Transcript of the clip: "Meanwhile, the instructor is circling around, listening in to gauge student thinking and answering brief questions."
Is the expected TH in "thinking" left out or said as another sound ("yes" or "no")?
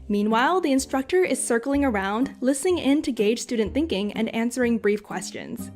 no